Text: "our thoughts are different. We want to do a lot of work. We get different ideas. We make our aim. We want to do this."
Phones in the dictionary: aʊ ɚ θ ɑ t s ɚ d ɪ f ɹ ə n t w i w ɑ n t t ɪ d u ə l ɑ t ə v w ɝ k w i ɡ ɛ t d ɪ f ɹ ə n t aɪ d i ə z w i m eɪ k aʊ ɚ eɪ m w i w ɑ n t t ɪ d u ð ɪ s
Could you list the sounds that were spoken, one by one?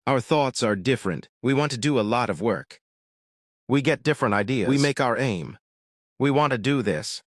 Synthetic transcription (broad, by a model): aʊ ɚ θ ɑ t s ɚ d ɪ f ɹ ə n t w i w ɑ n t t ɪ d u ə l ɑ t ə v w ɝ k w i ɡ ɛ t d ɪ f ɹ ə n t aɪ d i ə w i m eɪ k aʊ ɚ eɪ m w i w ɑ n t t ɪ d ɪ ð ɪ s